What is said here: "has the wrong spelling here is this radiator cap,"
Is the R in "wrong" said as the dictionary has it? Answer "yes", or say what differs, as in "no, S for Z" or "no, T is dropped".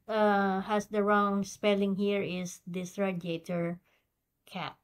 yes